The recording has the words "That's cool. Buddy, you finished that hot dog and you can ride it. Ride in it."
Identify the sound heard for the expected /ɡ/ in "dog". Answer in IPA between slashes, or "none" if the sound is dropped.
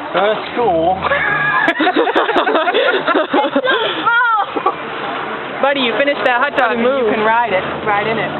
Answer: none